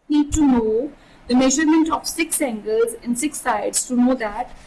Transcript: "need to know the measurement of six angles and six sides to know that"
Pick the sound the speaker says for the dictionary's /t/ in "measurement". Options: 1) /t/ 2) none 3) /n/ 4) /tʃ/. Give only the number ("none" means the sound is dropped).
1